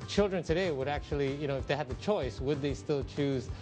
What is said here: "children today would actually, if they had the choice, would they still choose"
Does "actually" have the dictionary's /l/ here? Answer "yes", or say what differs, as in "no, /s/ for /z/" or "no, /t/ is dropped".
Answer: no, /n/ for /l/